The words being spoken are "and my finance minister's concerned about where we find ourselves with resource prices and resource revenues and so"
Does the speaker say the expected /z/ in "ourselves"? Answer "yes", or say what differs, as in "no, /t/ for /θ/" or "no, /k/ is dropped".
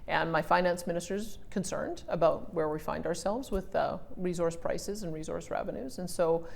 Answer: yes